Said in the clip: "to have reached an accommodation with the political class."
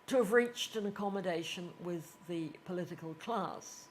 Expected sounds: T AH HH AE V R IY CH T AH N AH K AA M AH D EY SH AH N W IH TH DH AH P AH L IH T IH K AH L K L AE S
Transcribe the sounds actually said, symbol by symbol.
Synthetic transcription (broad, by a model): T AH V R IY CH T AH N AH K AA M AH D EY SH AH N W IH DH AH P AH L IH T IH K AH L K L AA S